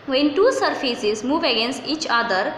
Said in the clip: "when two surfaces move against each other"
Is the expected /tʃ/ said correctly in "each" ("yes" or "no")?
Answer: yes